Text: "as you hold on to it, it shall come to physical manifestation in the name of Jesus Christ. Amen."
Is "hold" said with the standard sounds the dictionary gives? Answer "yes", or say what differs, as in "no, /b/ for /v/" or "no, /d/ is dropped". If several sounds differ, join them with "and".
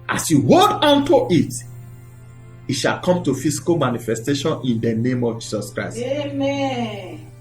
no, /l/ is dropped